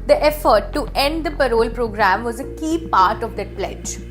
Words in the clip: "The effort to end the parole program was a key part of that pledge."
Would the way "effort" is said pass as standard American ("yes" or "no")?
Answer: yes